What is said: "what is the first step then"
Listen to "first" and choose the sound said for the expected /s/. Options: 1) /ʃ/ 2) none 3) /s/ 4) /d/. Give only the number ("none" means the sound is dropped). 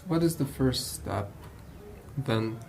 3